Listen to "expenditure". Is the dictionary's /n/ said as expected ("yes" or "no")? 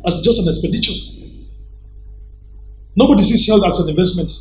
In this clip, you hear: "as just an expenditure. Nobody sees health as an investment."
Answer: no